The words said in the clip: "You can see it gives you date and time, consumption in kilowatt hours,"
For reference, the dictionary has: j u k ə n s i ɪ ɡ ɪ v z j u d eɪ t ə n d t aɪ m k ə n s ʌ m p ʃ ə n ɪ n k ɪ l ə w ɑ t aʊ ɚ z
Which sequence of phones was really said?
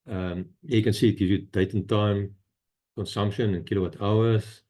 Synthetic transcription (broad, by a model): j k ə n s i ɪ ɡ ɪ z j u d eɪ t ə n t aɪ m k ə n s ʌ m p ʃ ə n ɪ n k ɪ l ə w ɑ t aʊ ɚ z